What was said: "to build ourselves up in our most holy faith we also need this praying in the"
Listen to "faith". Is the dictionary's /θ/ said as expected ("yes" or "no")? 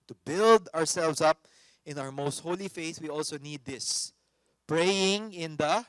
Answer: yes